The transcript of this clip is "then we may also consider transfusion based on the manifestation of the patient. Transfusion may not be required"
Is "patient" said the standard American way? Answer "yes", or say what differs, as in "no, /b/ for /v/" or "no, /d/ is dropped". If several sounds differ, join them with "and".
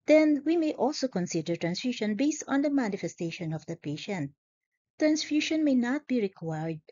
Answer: yes